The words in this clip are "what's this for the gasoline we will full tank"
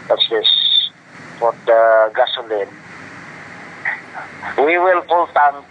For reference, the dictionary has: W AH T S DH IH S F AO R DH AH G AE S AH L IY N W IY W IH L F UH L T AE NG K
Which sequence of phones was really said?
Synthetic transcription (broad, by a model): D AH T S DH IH S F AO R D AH G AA S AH L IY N W IY W IH L P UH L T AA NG